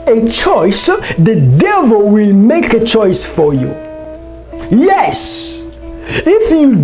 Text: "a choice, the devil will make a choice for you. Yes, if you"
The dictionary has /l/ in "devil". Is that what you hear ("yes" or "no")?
yes